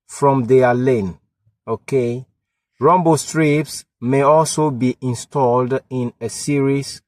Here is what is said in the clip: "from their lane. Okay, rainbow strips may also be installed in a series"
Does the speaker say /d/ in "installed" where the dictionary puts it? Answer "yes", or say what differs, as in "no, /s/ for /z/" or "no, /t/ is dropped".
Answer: yes